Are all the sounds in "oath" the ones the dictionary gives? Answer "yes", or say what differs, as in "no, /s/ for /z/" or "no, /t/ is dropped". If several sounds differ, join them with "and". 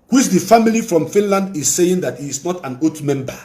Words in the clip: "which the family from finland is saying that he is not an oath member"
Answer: no, /t/ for /θ/